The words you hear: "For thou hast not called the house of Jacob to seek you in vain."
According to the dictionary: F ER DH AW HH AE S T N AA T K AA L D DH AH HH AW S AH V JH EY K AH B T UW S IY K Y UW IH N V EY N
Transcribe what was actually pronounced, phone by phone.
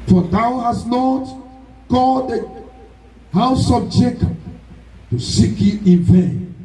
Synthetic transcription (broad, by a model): F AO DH AW HH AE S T N AA T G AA D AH HH AW S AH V JH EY K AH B T UW S IY K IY IH N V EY N